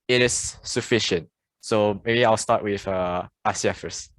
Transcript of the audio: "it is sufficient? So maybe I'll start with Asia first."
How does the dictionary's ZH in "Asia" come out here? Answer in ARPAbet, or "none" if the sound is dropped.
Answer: S